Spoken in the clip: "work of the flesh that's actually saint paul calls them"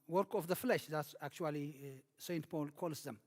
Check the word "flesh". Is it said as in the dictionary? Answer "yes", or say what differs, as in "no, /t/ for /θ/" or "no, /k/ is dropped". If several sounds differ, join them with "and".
yes